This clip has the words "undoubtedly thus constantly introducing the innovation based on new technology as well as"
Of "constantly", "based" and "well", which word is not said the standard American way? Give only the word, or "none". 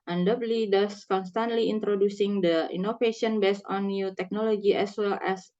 based